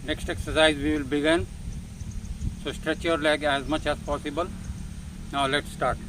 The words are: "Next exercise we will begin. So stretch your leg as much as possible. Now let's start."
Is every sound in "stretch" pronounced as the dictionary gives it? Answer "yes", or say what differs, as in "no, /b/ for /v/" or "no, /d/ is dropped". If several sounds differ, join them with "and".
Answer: yes